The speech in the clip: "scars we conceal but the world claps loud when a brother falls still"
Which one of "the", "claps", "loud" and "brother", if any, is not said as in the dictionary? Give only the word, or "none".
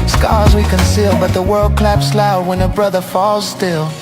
none